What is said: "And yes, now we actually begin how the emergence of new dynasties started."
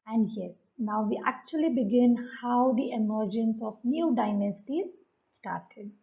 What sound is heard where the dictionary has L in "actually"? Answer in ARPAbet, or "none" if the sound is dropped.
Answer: L